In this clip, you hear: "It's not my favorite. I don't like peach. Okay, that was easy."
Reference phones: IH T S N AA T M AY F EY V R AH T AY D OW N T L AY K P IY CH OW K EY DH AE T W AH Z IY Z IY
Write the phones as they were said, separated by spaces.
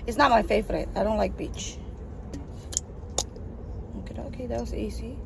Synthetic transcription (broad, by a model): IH T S N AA T M AY F EY V R AH T AY D OW N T L AY K B IY CH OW K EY DH AE T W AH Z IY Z IY